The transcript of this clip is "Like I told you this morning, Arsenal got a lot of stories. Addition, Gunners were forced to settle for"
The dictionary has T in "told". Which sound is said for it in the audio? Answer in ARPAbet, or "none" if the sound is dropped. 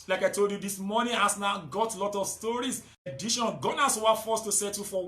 T